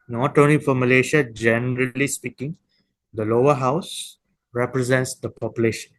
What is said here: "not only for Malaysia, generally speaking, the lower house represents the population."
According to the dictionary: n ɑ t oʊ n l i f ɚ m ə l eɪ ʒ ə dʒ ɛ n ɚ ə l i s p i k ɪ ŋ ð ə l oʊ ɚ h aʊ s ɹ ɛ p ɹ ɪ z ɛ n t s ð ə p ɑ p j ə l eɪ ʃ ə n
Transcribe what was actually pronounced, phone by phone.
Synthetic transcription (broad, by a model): n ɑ t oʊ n i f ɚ m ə l eɪ ʃ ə dʒ ɛ n ɚ ə l i s p i k ɪ ŋ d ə l oʊ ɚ h aʊ s ɹ ɛ p ɹ ɪ z ɛ n t s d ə p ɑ p j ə l eɪ ʃ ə n